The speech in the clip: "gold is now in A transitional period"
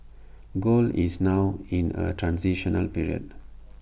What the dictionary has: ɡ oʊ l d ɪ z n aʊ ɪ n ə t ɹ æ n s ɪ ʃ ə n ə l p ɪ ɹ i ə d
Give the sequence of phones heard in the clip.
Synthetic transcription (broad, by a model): ɡ oʊ l ɪ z n aʊ ɪ n ə t ɹ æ n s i ʃ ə n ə l p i ɹ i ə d